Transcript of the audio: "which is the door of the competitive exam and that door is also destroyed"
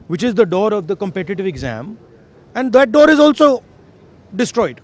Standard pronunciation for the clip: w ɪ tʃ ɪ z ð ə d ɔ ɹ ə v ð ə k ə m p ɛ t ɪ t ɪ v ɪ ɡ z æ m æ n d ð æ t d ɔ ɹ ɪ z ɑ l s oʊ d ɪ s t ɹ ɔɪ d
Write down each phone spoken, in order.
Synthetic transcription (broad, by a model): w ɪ tʃ ɪ z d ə d ɔ ɹ ə v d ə k ə m p ɛ t ɪ t ɪ v ɪ ɡ z æ m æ n d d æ t d ɔ ɹ ɪ z ɑ l s oʊ d ɪ s t ɹ ɔɪ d